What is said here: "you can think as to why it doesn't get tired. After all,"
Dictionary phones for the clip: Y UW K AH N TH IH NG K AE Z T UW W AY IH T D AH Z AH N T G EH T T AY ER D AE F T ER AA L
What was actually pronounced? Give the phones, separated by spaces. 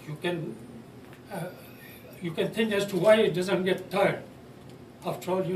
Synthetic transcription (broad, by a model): Y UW K AH N T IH NG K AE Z T UW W AY IH T D AH Z AH N T G EH T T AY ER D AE F T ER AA L